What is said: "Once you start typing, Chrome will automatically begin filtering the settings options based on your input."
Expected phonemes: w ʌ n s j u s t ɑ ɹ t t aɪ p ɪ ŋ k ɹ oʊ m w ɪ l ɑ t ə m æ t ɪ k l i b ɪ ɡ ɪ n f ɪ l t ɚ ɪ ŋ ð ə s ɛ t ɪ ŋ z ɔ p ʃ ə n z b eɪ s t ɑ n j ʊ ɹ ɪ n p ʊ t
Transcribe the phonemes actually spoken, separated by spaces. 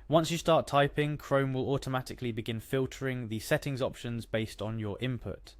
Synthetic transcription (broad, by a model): w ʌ n s j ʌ s t ɑ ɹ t t aɪ p ɪ ŋ k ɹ oʊ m w ɪ l ɑ t ə m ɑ t ɪ k l i b ɪ ɡ ɪ n f ɪ l t ɚ ɪ ŋ ð ə s ɛ t ɪ ŋ z ɔ p ʃ ə n z b eɪ s t n j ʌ ɹ ɪ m p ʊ t